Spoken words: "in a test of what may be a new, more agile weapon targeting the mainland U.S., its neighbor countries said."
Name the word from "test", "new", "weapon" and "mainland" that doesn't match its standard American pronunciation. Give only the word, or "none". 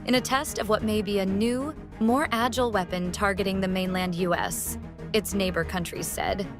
none